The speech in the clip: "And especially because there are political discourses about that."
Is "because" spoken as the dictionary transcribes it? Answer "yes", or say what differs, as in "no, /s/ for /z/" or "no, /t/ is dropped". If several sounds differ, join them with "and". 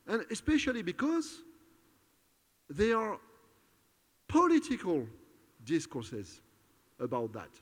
yes